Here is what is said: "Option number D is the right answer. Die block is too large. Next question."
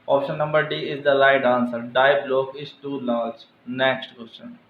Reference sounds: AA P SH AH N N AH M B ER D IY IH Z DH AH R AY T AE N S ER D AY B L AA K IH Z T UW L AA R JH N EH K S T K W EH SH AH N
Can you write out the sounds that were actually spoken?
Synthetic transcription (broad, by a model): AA P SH AH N N AH M B ER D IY IH Z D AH L AY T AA N S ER D AY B L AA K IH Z T UW L AA R JH N EH K S T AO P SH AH N